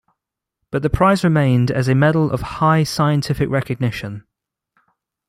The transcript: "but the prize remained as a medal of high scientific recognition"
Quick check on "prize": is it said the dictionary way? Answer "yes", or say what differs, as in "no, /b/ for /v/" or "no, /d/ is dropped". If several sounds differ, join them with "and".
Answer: yes